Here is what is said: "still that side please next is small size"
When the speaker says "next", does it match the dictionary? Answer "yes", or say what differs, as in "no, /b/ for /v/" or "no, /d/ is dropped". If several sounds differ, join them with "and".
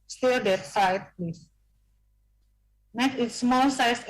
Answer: no, /s/ is dropped